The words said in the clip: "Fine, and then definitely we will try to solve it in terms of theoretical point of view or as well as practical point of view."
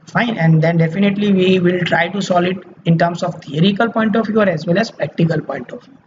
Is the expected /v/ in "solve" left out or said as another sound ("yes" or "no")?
yes